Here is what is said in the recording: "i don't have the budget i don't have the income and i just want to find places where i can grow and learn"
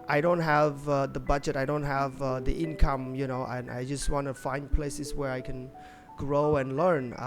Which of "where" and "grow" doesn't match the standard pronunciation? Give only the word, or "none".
none